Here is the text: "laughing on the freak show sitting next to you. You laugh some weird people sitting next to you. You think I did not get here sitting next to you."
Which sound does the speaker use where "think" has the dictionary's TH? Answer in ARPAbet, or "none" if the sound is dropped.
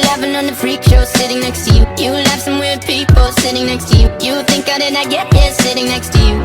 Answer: TH